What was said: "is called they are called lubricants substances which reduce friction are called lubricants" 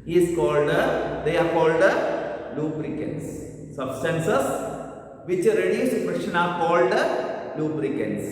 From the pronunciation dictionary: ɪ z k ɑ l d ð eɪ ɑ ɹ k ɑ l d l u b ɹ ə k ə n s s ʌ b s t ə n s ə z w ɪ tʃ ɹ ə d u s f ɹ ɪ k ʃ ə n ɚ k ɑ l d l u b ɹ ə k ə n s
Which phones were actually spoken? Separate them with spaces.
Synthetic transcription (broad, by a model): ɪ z k ɑ l d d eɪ ɑ ɹ k ɑ l d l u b ɹ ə k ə n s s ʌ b s t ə n s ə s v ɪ tʃ ɹ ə d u s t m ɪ ʃ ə n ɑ k ɑ l d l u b ɹ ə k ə n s